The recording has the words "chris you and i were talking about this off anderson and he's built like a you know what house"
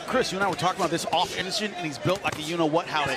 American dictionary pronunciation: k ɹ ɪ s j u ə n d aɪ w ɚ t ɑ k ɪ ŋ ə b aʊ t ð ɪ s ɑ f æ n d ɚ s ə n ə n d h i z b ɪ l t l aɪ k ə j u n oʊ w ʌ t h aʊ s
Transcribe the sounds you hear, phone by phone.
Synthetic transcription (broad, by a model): k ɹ ɪ s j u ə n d aɪ w ɚ t ɑ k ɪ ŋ ə b aʊ t ð ɪ s ɑ f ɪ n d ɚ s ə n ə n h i z b ɪ l t l aɪ k ə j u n oʊ w ʌ t h aʊ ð